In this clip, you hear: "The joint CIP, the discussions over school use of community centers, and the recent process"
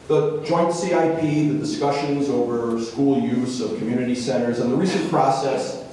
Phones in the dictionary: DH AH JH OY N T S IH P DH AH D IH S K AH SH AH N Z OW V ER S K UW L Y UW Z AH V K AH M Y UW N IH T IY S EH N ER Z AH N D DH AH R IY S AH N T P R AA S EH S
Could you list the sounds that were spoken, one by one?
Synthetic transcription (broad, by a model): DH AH JH OY N T S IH P DH AH D IH S K AH SH AH N Z OW V ER S K UW L Y UW Z AH V K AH M Y UW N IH T IY S EH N ER Z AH N DH AH R IY S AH N P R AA S EH S